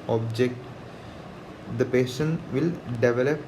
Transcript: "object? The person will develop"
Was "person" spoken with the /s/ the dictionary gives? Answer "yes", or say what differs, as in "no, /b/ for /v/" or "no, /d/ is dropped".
no, /ʃ/ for /s/